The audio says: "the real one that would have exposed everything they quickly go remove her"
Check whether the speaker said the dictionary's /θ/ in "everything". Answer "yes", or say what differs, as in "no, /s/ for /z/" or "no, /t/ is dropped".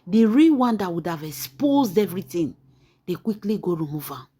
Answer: no, /t/ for /θ/